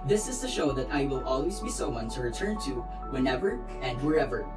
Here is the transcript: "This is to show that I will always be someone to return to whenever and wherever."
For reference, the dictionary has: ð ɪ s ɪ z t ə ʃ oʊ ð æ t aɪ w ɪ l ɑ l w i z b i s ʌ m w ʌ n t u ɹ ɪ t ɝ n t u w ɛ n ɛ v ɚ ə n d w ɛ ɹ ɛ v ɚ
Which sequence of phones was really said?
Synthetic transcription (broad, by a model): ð ɪ s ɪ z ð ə ʃ oʊ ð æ t aɪ w ɪ l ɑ l w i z b i s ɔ w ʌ n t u ɹ ɪ t ɝ n t u w ɛ n ɛ v ɚ ə n d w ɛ ɹ ɛ v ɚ